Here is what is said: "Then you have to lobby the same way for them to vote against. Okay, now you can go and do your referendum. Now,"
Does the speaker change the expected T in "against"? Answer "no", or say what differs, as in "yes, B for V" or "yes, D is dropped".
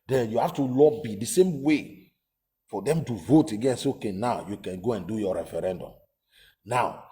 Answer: yes, T is dropped